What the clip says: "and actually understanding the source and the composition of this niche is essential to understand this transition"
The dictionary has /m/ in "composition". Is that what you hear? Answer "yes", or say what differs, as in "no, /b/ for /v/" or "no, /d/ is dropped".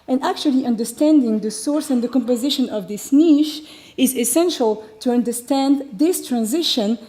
yes